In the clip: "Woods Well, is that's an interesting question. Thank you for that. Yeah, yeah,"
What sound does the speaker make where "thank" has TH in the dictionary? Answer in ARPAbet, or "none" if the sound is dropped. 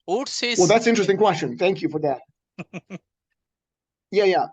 TH